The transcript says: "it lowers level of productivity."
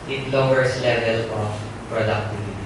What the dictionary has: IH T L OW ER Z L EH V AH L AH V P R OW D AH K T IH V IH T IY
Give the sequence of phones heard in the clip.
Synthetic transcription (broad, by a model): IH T L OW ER S L EH V AH L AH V P R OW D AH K T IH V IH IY